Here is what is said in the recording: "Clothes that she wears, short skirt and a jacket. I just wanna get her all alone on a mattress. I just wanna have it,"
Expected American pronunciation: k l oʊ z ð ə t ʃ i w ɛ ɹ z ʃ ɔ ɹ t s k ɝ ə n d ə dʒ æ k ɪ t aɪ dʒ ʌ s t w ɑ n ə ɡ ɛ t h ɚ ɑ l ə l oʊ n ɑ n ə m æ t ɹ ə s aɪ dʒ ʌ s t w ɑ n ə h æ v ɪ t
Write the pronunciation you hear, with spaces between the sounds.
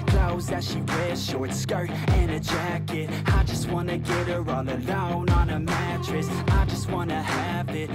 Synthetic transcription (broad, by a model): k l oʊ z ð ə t ʃ i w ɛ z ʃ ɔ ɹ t s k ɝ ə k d ə dʒ æ k ɪ t aɪ dʒ ʌ s t w ɑ n ə ɡ ɛ t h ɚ ɑ l ə l oʊ n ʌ n ə m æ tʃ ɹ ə s aɪ dʒ ʌ s t w ɑ n ə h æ v ɪ t